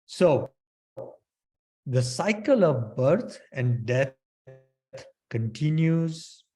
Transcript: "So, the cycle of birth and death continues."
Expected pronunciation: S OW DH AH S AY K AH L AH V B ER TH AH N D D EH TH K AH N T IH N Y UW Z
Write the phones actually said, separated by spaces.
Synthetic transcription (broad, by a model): S OW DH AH S AY K AH L AH V B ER T AH N D D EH T K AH N T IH N Y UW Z